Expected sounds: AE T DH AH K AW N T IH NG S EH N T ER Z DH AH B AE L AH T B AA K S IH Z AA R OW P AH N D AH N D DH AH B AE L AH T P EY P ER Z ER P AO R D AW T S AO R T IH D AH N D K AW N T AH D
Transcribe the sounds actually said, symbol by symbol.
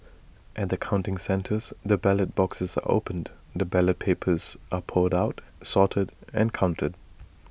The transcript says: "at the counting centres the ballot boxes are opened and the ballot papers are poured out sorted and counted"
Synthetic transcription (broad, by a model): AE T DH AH K AW N T IH NG S EH N T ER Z DH AH B AE L AH T B AA K S IH Z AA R OW AH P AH N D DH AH B AE L AH T P EY P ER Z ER P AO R D AW T S AO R T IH D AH N K AW N T AH D